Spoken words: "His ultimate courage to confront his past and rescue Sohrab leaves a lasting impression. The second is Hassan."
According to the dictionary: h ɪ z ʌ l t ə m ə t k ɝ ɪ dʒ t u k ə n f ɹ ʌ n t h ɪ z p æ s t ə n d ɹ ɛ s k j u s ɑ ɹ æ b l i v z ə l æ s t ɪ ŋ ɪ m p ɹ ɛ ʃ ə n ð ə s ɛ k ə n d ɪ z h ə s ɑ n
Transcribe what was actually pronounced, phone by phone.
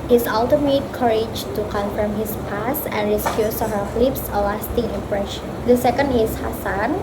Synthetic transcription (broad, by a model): h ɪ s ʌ l t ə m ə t k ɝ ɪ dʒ t u k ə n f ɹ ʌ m h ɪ s p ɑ s ə n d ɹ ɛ s k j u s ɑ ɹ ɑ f l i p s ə l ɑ s t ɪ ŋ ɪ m p ɹ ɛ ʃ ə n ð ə s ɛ k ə n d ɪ s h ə s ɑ n